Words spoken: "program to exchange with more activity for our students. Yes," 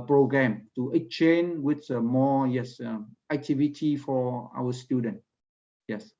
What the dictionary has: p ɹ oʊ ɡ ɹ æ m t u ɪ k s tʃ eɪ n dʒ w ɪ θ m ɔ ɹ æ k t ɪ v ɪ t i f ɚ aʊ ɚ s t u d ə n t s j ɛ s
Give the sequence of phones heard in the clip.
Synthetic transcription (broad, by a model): p ɹ oʊ ɡ ɹ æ m t u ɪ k tʃ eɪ n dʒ w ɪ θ m ɔ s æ k t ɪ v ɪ t i f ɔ aʊ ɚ s t u d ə n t j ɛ s